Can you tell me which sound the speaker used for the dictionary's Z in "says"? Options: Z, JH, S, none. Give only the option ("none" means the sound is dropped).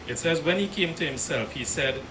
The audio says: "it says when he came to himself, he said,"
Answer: Z